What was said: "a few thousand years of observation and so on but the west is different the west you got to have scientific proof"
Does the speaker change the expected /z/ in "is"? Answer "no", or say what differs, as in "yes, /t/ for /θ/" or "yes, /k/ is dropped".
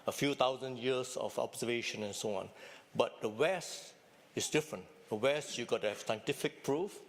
yes, /s/ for /z/